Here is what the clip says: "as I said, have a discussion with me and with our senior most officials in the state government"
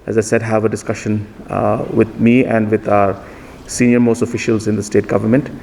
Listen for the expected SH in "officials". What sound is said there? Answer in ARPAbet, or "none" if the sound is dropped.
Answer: SH